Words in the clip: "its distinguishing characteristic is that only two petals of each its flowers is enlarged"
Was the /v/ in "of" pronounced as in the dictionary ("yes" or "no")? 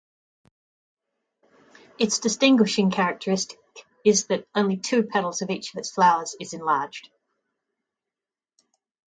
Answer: yes